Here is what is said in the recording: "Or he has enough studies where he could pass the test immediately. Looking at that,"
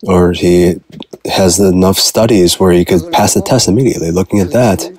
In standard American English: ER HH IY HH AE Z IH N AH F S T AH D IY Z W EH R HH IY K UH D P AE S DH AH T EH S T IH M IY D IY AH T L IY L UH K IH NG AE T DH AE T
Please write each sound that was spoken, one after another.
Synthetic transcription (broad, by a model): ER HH IY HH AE Z IH N AH F S T AH D IY Z W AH R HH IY K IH D P AE S DH AH T EH S T IH M IY D IY AH T L IY L UH K IH NG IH T DH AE T